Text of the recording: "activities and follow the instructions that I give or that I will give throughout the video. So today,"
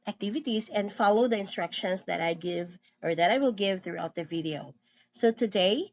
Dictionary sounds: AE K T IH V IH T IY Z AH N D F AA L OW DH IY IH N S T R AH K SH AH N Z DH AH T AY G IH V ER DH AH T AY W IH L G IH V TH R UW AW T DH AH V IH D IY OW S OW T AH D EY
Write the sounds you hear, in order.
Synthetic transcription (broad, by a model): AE K T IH V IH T IY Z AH N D F AA L OW DH IY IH N S T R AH K SH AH N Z DH AH T AY G IH V ER DH AH T AY W IH L G IH V TH R UW AW T DH AH V IH D IY OW S OW T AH D EY